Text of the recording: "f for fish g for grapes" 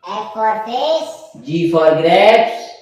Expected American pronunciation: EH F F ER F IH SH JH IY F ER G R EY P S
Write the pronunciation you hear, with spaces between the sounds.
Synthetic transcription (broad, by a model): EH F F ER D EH S JH IY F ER G R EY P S